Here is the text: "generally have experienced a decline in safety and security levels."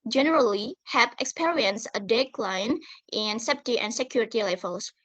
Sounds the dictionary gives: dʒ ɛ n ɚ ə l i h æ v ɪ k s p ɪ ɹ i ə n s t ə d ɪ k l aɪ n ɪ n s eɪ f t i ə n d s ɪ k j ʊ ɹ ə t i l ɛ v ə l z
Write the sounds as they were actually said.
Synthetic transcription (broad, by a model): dʒ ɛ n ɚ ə l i h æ p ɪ k s p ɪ ɹ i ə n s ə d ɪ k l aɪ n ɪ n s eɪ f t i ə n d s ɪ k j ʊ ɹ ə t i l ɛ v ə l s